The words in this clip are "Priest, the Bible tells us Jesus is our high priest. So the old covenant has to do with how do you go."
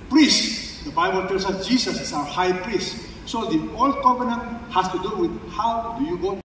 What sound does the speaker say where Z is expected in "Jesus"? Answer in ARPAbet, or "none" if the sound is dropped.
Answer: S